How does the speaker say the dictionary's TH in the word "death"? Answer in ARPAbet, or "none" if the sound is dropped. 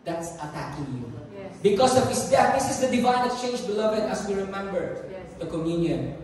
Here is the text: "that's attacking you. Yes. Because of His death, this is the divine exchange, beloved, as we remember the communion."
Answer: T